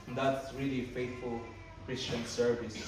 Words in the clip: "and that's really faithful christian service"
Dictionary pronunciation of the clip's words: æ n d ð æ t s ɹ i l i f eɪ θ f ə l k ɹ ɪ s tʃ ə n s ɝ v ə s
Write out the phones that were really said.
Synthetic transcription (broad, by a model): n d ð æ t s ɹ i l i f eɪ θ f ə l k ɹ ɪ s tʃ ə n s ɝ v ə s